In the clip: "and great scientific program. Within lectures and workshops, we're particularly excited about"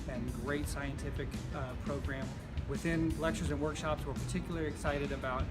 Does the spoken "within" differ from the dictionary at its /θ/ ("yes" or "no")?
no